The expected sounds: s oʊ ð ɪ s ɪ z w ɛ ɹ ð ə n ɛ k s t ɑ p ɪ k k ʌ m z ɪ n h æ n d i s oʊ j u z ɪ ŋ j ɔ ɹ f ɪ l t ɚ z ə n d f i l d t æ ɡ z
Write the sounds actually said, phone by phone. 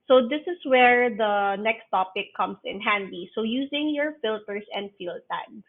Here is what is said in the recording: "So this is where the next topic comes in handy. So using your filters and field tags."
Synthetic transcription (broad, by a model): s oʊ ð ɪ s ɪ s w ɛ ɹ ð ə n ɛ k s t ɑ p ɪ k k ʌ m s ɪ n h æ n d i s oʊ j u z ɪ ŋ j ɔ ɹ f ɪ l t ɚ s ə n d f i l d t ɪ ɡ